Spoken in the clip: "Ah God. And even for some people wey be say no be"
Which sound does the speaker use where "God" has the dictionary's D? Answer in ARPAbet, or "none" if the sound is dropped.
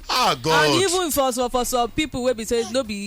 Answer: none